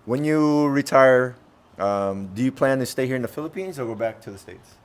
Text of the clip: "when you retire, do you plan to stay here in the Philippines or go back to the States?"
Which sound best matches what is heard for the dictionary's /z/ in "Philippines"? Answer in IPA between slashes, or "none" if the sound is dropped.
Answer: /z/